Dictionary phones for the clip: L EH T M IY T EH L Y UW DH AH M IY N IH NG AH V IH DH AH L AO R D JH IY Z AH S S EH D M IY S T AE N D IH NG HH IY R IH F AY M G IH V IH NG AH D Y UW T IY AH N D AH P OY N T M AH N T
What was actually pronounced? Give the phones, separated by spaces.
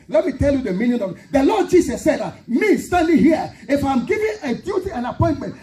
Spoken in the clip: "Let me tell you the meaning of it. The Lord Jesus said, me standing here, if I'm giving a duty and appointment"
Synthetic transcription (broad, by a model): L EH T M IY T EH L Y UW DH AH M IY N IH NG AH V IH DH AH L AO D JH IY S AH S S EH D M IY S T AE N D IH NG HH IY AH IH F AY M G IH V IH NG AH D Y UW T IY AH N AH P OY N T M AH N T